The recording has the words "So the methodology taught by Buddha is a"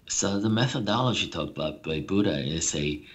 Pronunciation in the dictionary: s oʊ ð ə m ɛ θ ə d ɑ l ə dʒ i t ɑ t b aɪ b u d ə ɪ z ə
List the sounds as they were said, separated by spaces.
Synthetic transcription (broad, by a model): s oʊ ð ə m ɛ θ ə d ɑ l ə dʒ i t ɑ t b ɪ b u d ə ɪ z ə